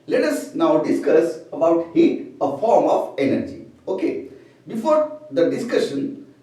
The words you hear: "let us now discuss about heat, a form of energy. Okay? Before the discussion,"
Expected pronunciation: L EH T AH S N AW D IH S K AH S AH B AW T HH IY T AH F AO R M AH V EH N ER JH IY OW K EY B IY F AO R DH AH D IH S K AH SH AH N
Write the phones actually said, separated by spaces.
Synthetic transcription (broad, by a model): L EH T AH S N AW D IH S K AH S AH B AW T HH IY T AH F AO R M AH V EH N ER JH IY OW K EY B IY F AO R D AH D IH S K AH SH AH N